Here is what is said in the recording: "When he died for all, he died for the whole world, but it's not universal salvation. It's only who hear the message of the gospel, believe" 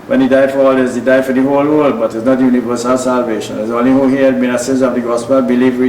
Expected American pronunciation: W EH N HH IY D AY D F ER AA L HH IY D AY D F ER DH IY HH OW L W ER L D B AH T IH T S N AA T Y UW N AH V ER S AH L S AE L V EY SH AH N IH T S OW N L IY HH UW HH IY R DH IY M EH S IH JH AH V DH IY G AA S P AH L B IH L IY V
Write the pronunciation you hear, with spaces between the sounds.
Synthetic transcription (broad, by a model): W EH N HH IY D AY D F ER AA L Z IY D AY D F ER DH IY HH OW L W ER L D B AH T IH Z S N AA T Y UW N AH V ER S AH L S AE L V EY SH AH N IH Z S OW N L IY HH UW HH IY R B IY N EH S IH Z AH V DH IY G AA S P AH L B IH L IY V